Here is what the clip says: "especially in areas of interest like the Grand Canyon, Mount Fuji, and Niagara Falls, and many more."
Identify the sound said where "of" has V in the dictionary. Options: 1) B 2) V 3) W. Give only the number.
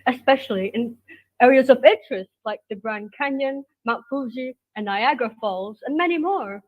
2